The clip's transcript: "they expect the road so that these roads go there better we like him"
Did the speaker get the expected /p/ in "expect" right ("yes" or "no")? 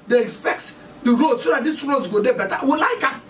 yes